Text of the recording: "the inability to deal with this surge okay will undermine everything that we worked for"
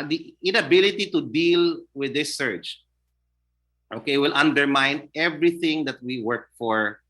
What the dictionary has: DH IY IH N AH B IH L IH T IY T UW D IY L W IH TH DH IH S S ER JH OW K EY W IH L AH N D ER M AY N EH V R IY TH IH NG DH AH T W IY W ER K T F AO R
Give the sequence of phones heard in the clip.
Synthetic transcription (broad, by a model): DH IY IH N AH B IH L IH T IY T UW D IY L W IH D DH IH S S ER CH OW K EY W IH L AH N D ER M AY N EH V R IY TH IH NG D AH T W IY W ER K F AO R